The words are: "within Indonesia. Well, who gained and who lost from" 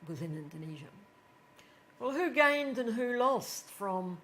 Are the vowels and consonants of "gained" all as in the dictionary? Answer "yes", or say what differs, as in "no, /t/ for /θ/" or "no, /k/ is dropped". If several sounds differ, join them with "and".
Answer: yes